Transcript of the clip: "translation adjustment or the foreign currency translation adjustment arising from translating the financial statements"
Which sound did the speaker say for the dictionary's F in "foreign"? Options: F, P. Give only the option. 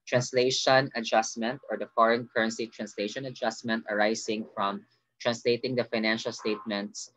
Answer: F